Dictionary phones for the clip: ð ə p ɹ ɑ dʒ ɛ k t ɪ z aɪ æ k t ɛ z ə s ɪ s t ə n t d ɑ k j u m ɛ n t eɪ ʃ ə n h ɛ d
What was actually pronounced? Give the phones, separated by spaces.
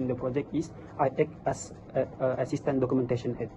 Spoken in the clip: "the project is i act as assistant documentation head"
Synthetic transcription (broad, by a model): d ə p ɹ ɑ dʒ ɛ k t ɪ s aɪ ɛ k ɛ s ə s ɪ s t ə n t d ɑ k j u m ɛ n t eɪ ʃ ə n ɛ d